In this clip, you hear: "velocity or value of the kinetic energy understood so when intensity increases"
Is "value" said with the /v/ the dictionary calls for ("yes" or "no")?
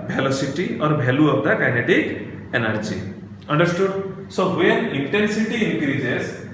no